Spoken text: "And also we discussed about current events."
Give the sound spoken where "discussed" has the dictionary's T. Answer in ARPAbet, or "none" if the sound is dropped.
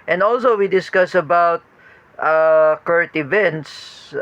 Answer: none